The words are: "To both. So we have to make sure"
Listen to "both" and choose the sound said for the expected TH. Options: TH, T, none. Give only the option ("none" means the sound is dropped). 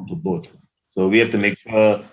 T